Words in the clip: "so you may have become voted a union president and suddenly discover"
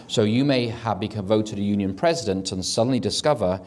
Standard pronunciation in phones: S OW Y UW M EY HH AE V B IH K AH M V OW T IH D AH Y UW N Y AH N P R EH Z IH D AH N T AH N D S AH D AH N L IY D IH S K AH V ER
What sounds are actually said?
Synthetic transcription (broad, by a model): S OW Y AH M EY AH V B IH K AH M V OW T IH D AH Y UW N Y AH N P R EH Z IH D AH N T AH N S AH D N L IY D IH S K AH V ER